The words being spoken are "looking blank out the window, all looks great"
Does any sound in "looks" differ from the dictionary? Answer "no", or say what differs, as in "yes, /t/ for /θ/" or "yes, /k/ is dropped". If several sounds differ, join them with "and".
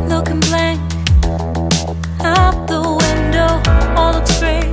yes, /k/ is dropped